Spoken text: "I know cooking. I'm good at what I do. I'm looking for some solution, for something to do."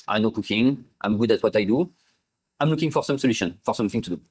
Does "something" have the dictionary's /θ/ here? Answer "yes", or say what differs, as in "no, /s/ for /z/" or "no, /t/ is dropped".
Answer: yes